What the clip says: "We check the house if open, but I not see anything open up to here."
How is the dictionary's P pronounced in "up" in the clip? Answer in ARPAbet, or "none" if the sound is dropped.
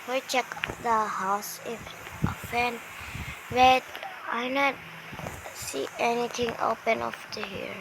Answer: F